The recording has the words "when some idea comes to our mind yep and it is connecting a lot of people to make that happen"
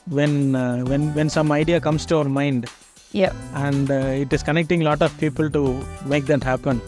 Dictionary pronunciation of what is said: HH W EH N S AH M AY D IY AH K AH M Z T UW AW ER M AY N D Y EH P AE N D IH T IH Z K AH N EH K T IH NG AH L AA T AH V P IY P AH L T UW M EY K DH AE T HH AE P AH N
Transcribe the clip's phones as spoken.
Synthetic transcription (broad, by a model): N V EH N S AH M AY D IY AH K AH M S T UW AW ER M AY N D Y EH AE N D IH T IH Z K AH N EH K T IH NG L AA T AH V P IY P AH L T UW M EY K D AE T HH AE P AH N